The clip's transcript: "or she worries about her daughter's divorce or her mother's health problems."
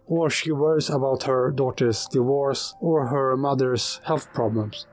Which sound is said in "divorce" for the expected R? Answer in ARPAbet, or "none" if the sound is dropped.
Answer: R